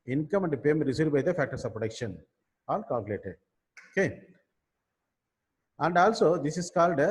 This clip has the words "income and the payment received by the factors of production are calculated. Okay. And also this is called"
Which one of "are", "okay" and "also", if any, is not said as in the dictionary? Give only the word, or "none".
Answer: are